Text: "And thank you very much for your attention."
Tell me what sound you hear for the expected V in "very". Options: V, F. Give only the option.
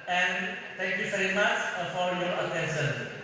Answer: F